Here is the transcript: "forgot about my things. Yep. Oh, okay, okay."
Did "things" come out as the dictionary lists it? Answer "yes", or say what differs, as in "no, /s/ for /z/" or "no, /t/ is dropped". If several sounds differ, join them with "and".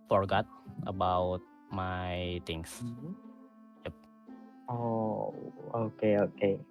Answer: no, /t/ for /θ/ and /s/ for /z/